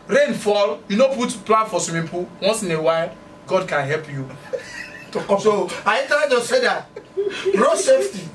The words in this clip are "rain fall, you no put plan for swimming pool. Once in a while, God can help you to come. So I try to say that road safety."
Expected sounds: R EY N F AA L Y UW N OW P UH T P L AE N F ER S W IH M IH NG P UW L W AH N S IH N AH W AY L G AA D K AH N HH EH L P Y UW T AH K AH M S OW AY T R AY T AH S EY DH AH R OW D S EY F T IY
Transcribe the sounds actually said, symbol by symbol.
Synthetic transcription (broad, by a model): R EY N F AA L Y UW N OW P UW T P L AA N F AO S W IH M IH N P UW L W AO N S IH N AH W AY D G AA D K AH N HH EH L P Y UW T AH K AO S OW AY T AY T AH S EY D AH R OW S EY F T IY